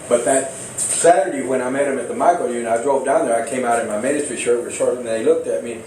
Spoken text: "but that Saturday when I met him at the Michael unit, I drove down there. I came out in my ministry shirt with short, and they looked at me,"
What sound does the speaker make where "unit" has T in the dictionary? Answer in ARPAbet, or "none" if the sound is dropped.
none